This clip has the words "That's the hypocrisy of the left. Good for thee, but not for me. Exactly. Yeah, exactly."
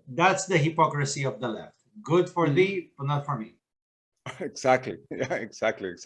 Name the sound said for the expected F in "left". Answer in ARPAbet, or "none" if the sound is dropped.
F